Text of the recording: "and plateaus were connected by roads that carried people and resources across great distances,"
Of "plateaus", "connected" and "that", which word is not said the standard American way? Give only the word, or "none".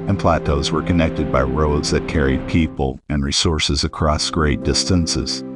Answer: none